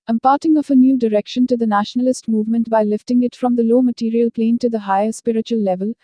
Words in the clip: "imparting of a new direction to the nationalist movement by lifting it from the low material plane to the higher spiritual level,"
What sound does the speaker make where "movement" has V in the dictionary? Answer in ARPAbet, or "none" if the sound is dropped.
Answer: V